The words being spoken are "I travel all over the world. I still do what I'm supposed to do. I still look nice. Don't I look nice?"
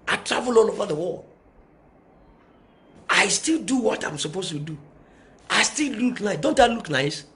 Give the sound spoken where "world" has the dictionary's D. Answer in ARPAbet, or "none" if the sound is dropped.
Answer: none